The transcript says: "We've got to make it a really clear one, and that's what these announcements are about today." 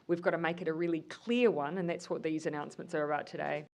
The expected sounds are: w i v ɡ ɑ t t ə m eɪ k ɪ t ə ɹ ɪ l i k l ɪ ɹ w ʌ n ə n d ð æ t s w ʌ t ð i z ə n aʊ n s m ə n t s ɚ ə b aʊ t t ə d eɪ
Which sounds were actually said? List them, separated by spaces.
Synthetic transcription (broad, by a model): w i v ɡ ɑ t t ə m eɪ k ɪ t ə ɹ ɪ l i k l ɪ ɹ w ʌ n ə n ð æ t s w ʌ t ð i z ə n aʊ n s m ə n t s ɚ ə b aʊ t t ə d eɪ